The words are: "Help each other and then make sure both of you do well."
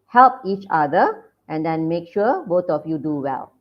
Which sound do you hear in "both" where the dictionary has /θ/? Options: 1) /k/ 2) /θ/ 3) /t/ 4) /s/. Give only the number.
3